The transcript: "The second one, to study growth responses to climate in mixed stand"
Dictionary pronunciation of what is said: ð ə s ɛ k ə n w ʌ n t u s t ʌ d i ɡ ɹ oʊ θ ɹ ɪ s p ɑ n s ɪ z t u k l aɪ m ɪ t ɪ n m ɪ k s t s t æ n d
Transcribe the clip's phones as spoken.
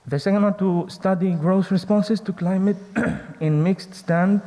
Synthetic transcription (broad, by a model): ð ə s ɛ k ə n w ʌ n t u s t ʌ d i ɡ ɹ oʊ s ɹ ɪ s p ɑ n s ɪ s t u k l aɪ m ɪ t ɪ n m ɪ k s t s t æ n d